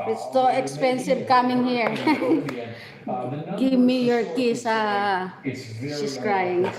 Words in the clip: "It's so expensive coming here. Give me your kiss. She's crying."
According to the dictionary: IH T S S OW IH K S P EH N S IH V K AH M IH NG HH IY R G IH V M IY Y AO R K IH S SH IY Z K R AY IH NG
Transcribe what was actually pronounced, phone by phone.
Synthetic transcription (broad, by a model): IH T S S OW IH K S P EH N S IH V K AH M IH NG HH IY R G IH V M IY Y AO R K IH S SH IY S K R AY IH NG